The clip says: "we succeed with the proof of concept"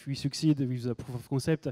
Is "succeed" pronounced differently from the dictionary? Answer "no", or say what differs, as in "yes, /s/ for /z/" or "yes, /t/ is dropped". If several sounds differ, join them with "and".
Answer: no